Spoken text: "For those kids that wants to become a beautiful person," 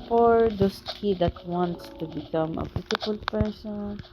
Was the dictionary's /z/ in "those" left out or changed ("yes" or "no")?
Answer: yes